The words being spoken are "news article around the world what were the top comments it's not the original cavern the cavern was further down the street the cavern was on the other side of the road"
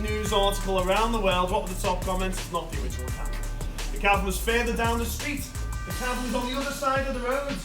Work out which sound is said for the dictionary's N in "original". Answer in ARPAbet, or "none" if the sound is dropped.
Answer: none